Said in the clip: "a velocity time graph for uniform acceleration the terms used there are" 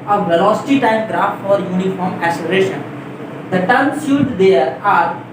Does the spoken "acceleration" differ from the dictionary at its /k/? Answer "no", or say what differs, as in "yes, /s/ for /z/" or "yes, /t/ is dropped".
yes, /k/ is dropped